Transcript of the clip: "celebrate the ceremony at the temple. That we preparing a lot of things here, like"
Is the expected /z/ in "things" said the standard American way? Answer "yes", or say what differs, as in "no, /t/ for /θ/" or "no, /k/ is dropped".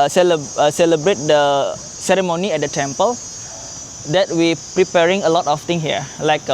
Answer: no, /z/ is dropped